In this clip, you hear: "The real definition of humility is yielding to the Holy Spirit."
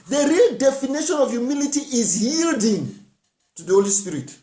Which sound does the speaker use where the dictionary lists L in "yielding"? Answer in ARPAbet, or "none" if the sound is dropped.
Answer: L